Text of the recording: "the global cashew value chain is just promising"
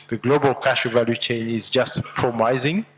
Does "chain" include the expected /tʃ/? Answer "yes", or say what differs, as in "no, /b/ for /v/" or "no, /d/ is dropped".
yes